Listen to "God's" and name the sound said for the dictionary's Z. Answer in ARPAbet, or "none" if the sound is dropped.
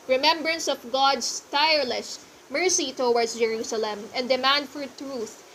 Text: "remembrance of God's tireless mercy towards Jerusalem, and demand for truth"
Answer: S